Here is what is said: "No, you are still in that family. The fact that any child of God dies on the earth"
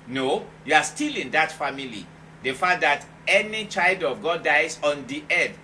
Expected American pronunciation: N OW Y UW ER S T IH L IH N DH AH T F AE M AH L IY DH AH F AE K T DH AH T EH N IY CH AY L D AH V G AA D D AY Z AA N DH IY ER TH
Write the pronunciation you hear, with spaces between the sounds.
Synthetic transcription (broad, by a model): N OW Y UW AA S T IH L IH N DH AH T F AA M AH L IY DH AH F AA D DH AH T EH N IY CH AY L D AH V G AA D D AY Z AA N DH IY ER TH